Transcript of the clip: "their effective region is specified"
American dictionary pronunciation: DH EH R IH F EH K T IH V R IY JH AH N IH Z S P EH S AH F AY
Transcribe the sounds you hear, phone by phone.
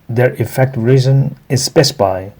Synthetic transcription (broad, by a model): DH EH R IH F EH K T R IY Z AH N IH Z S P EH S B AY